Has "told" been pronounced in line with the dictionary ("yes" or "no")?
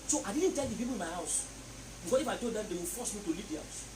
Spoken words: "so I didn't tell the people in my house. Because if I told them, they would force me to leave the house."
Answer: no